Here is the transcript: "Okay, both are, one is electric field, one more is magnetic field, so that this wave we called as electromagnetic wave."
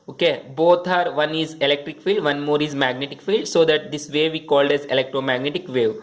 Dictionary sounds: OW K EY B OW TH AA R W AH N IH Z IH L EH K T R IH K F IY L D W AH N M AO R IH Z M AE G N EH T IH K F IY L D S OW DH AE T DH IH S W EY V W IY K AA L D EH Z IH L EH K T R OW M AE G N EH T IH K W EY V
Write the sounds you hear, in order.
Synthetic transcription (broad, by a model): OW K EY B OW T AA R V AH N IH Z IH L EH K T R IH K F IY L D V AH N M AO R IH Z M AE G N EH T IH K F IY L D S OW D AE T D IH S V EY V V IY K AA L D EH Z IH L EH K T R OW M AE G N EH T IH K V EY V